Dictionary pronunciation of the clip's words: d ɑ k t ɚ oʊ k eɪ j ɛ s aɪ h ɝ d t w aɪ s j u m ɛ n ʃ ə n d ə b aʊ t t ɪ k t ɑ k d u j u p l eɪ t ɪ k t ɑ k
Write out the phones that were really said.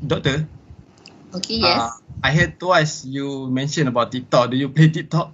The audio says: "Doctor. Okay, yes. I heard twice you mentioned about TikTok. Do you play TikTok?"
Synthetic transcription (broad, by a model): d ɑ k t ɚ oʊ k eɪ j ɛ aɪ h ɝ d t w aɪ s j u m ɛ n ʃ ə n ə b aʊ t t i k t ɑ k d u j u p l eɪ t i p t ɑ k